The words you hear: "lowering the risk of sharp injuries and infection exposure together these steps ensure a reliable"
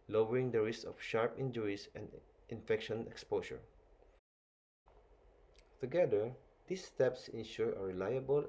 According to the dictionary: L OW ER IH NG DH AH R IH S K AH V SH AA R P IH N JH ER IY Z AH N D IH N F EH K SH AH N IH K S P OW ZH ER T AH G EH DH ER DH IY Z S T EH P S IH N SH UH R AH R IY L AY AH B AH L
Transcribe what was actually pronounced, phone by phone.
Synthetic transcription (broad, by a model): L OW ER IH NG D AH R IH S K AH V SH AA R P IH N JH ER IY S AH N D IH N F EH K SH AH N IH K S P OW S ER T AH G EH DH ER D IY S T EH P S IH N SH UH R AH R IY L AY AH B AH L